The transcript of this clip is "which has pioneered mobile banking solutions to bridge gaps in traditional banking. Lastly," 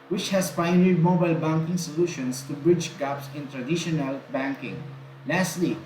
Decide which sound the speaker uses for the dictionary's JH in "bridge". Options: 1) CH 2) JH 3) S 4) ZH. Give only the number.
2